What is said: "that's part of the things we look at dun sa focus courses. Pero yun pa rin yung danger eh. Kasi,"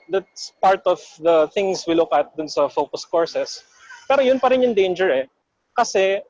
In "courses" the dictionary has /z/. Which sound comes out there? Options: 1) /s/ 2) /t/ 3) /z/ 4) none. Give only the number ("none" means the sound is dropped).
1